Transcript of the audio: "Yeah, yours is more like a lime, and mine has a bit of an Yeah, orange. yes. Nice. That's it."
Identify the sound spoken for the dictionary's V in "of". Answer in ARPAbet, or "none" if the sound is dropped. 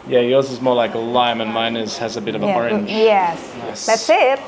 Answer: V